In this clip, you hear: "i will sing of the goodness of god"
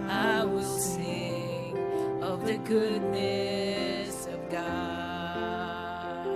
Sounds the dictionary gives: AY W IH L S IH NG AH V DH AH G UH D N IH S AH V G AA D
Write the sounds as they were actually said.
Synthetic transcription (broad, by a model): AY W IH L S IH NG AH V DH AH G UH D N IH S AH V G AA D